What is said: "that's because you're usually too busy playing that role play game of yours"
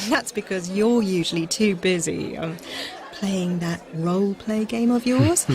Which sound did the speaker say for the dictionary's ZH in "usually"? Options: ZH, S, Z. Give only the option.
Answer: ZH